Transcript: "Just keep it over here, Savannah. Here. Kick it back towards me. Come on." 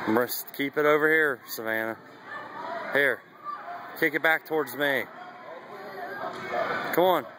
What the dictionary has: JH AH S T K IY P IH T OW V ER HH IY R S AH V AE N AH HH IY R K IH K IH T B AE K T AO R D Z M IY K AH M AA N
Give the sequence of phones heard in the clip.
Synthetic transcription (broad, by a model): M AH S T K IY P IH T OW V ER HH IY R S AH V AE N AH HH IY R K IH K IH T B AE K T AO R D Z M IY K AH M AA N